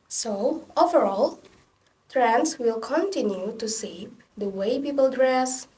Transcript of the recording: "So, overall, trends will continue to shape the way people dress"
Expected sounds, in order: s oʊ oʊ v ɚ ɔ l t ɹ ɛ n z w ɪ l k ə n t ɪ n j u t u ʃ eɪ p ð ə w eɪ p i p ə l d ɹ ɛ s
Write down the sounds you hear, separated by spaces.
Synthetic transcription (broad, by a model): s oʊ oʊ v ɚ ɔ l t ɹ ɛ n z w ɪ l k ə n t ɪ n j u t u s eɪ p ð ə w eɪ p i p ə l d ɹ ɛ s